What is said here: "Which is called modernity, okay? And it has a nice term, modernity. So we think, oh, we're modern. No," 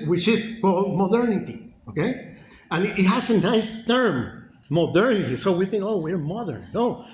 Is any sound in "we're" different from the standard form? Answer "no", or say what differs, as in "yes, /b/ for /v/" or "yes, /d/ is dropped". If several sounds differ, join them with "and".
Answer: no